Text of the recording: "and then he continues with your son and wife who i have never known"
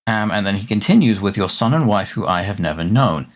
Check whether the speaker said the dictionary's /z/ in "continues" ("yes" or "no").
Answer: yes